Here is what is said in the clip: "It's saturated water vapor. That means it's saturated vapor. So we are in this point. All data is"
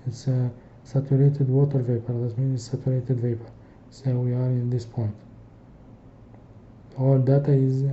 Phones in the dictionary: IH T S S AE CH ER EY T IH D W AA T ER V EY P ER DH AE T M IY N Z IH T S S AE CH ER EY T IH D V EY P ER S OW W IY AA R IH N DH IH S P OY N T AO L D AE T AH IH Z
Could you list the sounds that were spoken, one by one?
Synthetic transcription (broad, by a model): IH T S S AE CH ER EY T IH D W AA T ER V EY P ER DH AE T M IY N IH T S S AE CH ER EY T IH D V EY P ER S OW W IY AA R IH N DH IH S P OY N T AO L D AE T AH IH Z